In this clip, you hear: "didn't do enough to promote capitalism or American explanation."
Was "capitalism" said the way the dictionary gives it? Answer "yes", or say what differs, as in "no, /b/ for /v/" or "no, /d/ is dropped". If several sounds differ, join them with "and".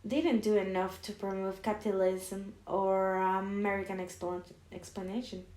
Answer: yes